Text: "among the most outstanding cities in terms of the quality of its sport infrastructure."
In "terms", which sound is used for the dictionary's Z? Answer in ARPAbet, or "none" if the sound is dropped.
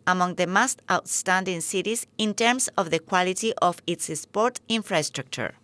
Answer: S